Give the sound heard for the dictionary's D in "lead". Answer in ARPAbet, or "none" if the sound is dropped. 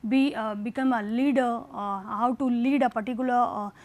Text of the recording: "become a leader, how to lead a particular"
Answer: D